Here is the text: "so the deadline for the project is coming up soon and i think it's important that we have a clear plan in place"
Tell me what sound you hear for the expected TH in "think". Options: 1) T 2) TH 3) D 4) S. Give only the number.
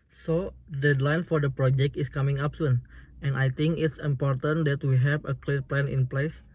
1